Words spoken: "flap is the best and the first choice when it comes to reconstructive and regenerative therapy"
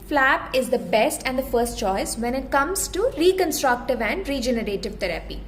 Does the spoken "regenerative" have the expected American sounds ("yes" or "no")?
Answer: yes